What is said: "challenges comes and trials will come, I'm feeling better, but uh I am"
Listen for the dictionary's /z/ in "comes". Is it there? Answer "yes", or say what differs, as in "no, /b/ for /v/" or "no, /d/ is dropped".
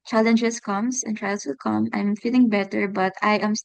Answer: no, /s/ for /z/